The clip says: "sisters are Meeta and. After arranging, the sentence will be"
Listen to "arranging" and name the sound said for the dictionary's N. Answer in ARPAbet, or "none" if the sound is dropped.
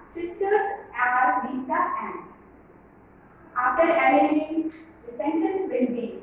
none